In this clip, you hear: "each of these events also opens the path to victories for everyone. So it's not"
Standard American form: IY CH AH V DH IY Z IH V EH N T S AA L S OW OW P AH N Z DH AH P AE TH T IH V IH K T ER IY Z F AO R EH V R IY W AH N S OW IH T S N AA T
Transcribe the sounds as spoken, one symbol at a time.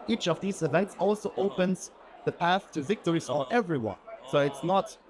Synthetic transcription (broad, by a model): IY CH AH V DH IY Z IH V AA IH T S AA L S OW OW P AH N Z DH AH P AE TH T IH V IH K T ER IY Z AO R EH V R IY W AH N S OW IH T S N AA T